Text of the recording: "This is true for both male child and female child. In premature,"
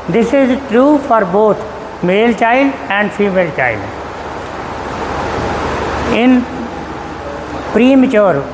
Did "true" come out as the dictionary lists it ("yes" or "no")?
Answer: yes